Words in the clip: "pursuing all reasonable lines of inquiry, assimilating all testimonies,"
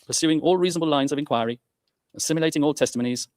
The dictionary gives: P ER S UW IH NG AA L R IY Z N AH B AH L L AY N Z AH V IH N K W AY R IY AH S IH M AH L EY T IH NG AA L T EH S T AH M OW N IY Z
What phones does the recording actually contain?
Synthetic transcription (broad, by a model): P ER S UW IH NG AA L R IY Z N AH B AH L L AY N Z AH V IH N K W AY R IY AH S IH M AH L EY T IH NG AA L T EH S T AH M OW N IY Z